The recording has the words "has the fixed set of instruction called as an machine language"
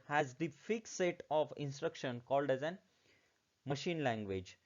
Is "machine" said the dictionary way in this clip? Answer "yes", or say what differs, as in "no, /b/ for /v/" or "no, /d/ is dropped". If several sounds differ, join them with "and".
yes